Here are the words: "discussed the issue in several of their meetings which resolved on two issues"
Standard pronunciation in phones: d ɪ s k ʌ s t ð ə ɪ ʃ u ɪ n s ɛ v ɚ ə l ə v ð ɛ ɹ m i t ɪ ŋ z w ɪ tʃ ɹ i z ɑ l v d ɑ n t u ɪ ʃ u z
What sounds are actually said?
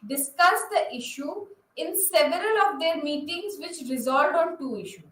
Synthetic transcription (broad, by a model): d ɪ s k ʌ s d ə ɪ ʃ u ɪ n s ɛ v ɚ ə l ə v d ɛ ɹ m i t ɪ ŋ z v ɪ tʃ ɹ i z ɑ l d ɑ n t u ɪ ʃ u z